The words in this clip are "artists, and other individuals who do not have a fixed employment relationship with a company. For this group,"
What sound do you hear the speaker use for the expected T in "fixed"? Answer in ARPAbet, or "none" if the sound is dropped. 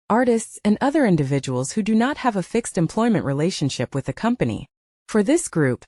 T